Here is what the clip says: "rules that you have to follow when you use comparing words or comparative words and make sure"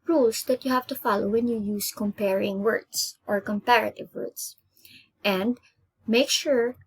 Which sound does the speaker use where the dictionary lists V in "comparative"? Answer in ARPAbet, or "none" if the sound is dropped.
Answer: V